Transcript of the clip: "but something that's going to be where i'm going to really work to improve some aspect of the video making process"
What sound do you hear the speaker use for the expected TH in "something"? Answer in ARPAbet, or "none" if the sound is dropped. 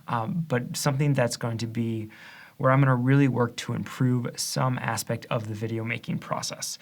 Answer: TH